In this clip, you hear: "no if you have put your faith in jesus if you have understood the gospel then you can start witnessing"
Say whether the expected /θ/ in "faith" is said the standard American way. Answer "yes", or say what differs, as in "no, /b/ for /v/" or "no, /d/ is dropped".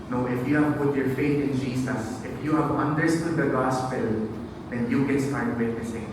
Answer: no, /t/ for /θ/